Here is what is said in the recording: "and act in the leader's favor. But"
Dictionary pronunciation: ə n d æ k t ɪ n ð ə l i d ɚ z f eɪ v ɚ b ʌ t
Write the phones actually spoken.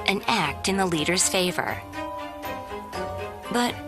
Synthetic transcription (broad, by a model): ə n æ k t ɪ n ð ə l i d ɚ z f eɪ v ɚ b ʌ t